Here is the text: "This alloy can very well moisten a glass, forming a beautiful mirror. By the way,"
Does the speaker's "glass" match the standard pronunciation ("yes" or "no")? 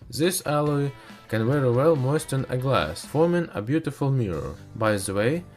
yes